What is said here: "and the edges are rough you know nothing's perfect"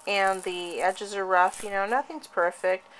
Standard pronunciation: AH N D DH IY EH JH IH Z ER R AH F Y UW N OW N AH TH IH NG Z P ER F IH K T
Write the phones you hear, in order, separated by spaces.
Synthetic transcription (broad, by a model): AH N DH IY EH JH IH Z ER R AH F Y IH N OW N AH TH IH NG Z P ER F IH K T